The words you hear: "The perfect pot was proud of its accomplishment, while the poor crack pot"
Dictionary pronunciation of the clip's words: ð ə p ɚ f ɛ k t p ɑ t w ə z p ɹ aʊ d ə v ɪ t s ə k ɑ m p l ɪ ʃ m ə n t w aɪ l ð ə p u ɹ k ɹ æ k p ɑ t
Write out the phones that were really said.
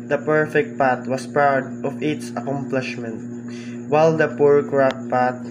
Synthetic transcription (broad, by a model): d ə p ɚ f ɛ k t p ɑ t w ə s p aʊ d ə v ɪ t s ə k ɑ m p l ɪ ʃ m ə n t w aɪ l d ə p u ɹ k ɹ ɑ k p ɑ t